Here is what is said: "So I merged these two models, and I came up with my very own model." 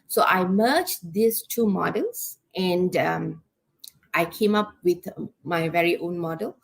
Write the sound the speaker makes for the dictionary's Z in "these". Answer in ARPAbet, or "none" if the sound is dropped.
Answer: S